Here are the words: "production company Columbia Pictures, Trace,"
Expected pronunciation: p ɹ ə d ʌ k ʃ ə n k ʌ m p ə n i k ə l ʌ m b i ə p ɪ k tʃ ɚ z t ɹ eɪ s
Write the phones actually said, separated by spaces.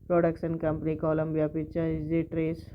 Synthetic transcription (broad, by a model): p ɹ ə d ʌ k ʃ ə n k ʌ m p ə n i k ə l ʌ m b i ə p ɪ tʃ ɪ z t ɹ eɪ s